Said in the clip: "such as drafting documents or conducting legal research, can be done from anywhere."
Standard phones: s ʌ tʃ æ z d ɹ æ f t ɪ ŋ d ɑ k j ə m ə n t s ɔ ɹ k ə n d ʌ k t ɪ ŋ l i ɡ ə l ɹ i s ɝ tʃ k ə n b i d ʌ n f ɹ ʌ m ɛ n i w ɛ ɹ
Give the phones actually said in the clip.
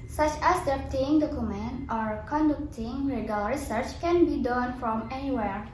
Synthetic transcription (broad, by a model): s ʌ tʃ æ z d ɛ p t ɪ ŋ d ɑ k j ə m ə n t ɔ ɹ k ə n d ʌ k t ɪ ŋ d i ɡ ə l ɹ i s ɝ tʃ k ə n b i d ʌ n f ɹ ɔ m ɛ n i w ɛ ɹ